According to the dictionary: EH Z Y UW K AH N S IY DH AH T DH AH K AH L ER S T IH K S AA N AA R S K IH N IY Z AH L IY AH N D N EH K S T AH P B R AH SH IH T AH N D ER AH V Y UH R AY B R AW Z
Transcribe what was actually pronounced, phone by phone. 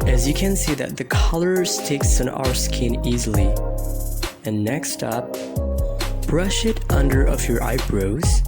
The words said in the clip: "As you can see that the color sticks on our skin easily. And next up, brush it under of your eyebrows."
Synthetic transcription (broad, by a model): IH Z Y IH K AH N S IY DH AH T DH AH K AH L ER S T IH K S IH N AA R S K IH N IY Z L IY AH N N EH K S T AH P B R AH SH IH T AH N D ER AH V Y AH R AY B R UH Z